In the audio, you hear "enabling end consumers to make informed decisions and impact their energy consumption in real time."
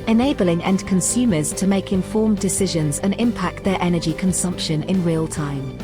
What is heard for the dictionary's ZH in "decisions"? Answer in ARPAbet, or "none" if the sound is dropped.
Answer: ZH